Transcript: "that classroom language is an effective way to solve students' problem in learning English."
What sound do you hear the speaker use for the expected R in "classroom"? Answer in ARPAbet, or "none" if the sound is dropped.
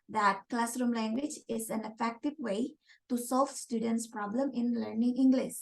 R